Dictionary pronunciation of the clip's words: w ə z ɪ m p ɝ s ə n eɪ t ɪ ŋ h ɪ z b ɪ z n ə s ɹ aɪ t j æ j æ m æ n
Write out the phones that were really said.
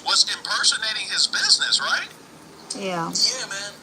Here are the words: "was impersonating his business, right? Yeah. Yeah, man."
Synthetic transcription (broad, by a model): w ə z ɪ m p ɝ s ə n eɪ t ɪ ŋ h ɪ z b ɪ z n ə s ɹ aɪ t j æ j æ m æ n